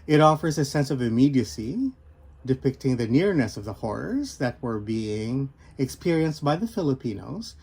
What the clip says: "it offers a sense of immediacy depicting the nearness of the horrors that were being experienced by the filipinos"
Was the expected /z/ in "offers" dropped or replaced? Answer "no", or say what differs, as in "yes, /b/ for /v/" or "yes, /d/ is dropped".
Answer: no